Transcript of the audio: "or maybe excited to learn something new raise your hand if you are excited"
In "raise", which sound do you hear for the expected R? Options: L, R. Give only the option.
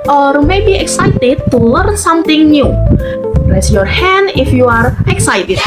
L